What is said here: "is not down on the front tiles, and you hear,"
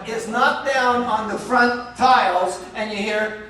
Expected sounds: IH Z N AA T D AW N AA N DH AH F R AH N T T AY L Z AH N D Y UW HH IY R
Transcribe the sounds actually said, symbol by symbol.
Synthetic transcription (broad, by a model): IH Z N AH T D AW N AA N DH AH F R AH N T T AY L Z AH N Y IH HH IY R